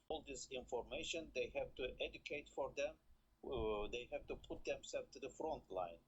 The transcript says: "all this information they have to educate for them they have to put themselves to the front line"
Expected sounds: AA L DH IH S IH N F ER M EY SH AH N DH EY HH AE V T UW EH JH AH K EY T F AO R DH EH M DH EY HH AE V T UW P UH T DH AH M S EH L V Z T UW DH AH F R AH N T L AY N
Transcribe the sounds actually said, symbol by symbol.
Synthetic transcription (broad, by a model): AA L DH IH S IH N F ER M EY SH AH N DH EY HH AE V T UW EH JH AH K EY T F AO R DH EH M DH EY HH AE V T UW P UH T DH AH M S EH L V T UW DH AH F R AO N T L AY N